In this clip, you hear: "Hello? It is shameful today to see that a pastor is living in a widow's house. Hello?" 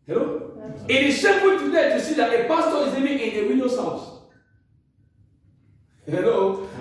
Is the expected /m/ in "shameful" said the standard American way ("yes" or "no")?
no